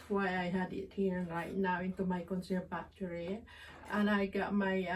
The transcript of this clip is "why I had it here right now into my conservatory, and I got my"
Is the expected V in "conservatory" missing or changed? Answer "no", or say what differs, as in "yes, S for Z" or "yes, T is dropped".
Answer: yes, B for V